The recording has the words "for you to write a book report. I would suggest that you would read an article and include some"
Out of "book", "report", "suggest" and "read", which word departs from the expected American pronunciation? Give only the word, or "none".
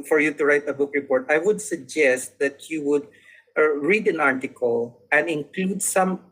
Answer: none